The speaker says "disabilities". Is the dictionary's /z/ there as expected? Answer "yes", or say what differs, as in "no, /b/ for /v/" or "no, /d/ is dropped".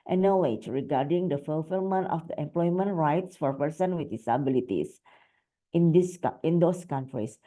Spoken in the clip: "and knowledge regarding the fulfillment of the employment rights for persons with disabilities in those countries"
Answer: no, /s/ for /z/